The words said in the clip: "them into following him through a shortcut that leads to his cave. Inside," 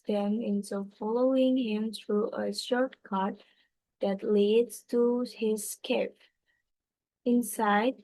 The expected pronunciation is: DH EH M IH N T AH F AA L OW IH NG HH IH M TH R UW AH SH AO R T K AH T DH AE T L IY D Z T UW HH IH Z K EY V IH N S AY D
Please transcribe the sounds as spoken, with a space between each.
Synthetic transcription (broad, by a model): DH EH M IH N S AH F AA L OW IH NG HH IH M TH R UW AH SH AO R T K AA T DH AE T L IY D Z T UW HH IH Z K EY P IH N S AY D